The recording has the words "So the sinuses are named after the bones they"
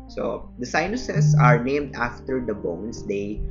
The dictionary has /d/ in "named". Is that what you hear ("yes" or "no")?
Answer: yes